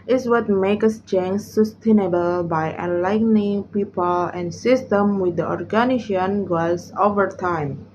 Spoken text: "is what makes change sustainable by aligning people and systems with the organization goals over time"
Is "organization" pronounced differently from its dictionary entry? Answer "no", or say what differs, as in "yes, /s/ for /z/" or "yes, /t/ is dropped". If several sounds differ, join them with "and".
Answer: yes, /ʃ/ is dropped